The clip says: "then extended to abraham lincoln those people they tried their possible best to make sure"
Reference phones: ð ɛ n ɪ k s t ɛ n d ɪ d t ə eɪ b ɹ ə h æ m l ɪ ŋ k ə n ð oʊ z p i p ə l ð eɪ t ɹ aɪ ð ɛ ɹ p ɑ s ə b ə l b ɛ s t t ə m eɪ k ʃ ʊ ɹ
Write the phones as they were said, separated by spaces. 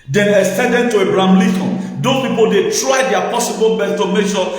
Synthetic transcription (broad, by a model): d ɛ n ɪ s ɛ d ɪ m t ə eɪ b ɹ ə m l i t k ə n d oʊ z p i p ə l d eɪ t ɹ aɪ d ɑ p ɑ s ə b ə l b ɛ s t t ə m eɪ k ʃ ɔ